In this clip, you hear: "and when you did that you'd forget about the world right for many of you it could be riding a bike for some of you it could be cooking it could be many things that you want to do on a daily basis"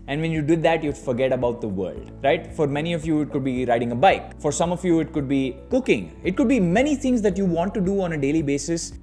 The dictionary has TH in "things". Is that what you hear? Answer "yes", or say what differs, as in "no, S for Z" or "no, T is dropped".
no, T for TH